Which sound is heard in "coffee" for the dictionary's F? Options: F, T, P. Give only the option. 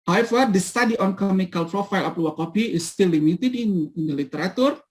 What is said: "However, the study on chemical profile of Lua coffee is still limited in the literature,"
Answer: P